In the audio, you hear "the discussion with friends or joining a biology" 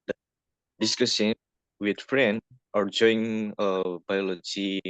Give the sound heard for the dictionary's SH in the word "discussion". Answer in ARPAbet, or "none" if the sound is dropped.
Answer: S